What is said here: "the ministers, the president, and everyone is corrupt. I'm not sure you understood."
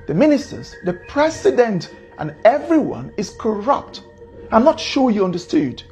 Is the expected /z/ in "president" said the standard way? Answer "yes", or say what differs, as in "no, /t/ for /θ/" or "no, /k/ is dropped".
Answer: no, /s/ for /z/